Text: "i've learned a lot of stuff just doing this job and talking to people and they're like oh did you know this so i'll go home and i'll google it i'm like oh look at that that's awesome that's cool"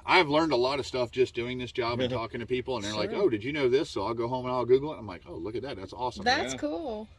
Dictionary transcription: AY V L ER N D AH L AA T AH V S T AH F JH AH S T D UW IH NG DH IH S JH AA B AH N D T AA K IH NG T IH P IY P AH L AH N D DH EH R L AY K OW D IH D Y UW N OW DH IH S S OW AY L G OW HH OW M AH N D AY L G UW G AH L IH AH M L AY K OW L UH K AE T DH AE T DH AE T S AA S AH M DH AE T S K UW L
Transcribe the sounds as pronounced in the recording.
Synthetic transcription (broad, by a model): AY V L ER N D AH L AA T AH V S T AH F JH AH S D UW IH NG DH IH S JH AA B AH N T AA K IH NG T IH P IY P L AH N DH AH R L AY K OW D IH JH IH N OW DH IH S S OW AY L G OW HH OW M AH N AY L G UW G L IH AH M L AY K OW L UH K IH T DH AE T DH AE T S AA S AH M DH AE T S K UW L